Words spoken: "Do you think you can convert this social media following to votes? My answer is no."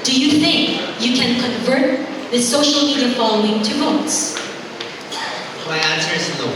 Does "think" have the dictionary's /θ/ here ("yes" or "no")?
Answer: yes